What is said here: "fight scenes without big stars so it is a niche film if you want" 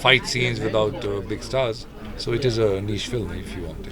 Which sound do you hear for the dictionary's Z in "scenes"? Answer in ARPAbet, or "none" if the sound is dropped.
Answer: Z